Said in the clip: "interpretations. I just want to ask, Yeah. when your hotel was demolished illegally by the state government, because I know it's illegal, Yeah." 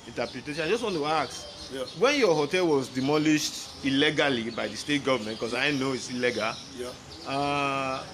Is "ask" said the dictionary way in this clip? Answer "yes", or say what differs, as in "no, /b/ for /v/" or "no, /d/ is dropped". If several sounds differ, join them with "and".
no, /s/ is dropped